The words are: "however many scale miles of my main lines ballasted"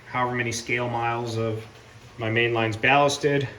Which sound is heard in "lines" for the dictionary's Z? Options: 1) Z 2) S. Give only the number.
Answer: 1